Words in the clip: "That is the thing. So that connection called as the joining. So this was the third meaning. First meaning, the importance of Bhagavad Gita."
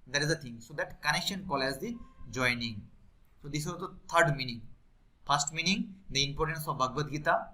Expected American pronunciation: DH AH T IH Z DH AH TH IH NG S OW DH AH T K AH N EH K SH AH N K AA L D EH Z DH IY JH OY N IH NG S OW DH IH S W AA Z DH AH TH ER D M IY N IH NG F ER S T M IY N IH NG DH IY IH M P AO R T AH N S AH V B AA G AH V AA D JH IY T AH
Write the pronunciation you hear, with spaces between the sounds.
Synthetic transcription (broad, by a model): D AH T IH Z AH T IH NG S OW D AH T K AH N EH K SH AH N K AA L EH Z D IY JH OY N IH NG S OW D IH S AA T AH T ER D M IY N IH NG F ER S T M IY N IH NG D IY IH M P AO R T AH N S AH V B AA G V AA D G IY T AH